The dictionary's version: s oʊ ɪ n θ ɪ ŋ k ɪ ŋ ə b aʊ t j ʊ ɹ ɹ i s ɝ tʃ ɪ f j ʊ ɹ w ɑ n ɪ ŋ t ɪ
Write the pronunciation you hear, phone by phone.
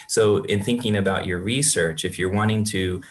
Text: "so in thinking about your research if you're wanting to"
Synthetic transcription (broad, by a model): s oʊ ɪ n θ ɪ ŋ k ɪ ŋ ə b aʊ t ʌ ɹ ɹ i s ɝ tʃ ɪ f j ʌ ɹ w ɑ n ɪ ŋ t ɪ